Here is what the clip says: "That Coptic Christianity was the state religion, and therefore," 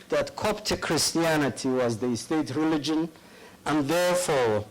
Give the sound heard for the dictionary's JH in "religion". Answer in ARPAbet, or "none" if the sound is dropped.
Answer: JH